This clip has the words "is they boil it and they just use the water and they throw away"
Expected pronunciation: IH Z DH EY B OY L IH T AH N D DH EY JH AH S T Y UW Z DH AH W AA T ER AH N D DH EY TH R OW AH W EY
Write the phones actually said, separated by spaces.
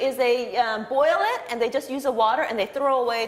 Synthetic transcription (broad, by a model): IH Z DH EY B OY L IH T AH N DH EY JH AH S T Y UW Z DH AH W AA T ER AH N DH EY TH R OW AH W EY